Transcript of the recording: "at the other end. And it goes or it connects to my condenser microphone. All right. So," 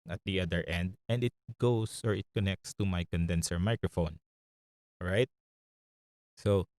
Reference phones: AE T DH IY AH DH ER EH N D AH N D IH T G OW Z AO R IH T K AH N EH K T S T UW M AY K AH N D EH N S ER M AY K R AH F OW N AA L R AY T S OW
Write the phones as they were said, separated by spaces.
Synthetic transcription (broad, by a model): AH T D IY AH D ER EH N D AH N D IH T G OW S AO R IH T K AH N EH K T S T UW M AY K AH N D EH N S ER M AY K R AH F OW N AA R AY T S OW